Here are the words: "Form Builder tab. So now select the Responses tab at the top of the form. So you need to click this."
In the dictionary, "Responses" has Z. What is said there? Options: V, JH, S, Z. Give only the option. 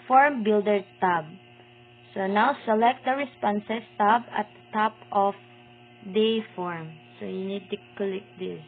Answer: S